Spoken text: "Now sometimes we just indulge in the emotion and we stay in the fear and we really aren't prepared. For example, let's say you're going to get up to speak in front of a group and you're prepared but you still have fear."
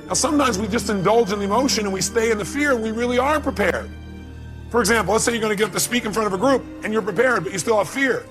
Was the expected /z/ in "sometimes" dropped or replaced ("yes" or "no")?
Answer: no